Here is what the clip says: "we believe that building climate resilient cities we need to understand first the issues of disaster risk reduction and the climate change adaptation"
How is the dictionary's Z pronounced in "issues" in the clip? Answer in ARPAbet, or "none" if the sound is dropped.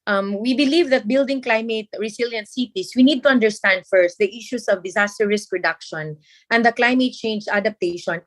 S